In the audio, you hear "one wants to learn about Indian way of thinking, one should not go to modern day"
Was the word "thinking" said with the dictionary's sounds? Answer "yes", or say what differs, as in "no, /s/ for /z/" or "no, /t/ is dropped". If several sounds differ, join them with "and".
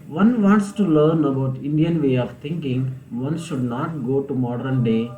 no, /t/ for /θ/